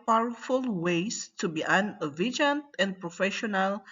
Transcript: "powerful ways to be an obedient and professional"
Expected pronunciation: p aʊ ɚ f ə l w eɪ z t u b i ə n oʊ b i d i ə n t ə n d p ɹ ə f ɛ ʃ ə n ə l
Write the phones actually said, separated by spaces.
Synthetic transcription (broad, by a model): p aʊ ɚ f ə l w eɪ s t u b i ə n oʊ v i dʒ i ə n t ə n d p ɹ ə f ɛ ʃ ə n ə l